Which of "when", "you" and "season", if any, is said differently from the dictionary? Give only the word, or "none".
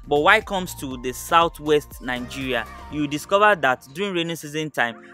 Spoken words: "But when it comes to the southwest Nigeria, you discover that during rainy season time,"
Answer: when